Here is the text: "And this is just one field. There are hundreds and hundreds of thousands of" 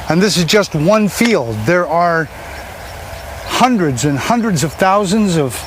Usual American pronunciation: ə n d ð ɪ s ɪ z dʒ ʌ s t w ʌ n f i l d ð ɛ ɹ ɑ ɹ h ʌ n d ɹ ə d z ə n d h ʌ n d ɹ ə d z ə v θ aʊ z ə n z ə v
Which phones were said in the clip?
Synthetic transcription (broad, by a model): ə n ð ɪ s ɪ z dʒ ʌ s t w ʌ n f i l d ð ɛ ɹ ɑ ɹ h ʌ n d ɹ ə d z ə n h ʌ n d ɹ ə d z ə v θ aʊ z ə n z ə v